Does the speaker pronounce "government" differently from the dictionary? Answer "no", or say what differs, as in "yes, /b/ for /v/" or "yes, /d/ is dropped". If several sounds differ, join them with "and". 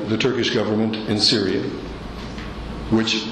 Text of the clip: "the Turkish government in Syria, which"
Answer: no